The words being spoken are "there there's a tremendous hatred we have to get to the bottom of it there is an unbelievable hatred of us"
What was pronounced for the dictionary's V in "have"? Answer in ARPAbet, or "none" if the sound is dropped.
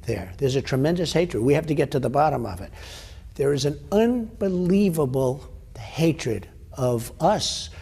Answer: F